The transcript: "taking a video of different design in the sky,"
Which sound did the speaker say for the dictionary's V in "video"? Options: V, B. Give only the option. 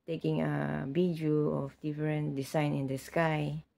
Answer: B